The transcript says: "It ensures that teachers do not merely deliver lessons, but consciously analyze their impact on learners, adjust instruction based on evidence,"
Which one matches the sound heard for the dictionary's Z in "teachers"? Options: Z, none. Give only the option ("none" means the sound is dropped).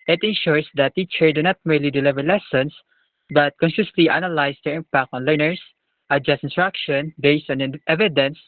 none